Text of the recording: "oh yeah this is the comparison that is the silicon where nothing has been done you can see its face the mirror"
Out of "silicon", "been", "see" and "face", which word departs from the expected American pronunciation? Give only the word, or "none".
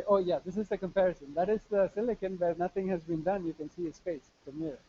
face